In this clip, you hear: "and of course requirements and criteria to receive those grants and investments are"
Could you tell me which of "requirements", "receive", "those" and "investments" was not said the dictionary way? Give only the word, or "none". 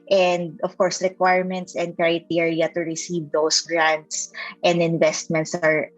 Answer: those